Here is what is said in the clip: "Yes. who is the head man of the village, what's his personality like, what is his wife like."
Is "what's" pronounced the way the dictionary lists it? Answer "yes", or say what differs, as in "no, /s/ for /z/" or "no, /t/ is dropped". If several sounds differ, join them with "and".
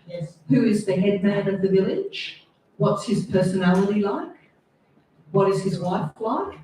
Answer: yes